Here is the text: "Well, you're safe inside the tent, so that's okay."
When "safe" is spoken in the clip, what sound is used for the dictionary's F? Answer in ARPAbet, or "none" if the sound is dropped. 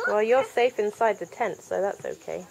F